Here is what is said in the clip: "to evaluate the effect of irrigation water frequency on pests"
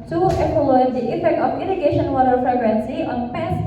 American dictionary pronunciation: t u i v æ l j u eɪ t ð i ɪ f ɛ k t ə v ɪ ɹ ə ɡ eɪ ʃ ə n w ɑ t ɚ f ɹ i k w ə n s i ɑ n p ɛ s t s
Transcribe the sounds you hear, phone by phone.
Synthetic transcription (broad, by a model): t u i p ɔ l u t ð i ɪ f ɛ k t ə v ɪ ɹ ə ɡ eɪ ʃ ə n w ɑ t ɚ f ɹ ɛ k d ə n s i ɑ n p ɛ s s